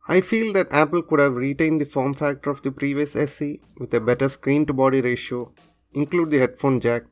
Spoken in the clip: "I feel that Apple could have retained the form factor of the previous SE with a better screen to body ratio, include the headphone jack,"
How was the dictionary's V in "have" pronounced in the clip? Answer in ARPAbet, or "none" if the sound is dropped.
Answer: V